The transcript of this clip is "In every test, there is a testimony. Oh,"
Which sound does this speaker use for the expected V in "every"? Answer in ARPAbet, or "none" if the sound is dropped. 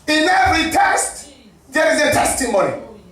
none